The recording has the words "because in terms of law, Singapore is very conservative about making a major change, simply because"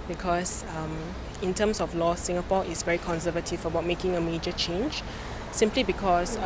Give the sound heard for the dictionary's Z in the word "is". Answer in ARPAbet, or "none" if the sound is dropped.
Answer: S